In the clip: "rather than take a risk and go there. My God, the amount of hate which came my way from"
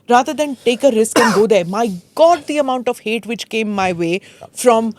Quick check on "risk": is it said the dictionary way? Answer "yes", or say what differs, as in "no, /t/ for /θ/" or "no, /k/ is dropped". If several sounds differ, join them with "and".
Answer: yes